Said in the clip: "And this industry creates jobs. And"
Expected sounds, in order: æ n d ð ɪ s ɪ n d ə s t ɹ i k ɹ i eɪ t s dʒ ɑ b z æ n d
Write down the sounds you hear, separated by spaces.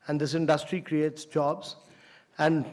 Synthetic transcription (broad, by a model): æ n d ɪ s ɪ n d ə s t ɹ i k ɹ i eɪ t s dʒ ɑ b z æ n d